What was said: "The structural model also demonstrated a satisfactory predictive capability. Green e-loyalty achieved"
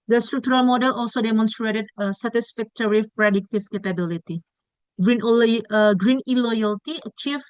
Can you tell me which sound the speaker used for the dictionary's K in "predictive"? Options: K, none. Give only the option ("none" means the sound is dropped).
K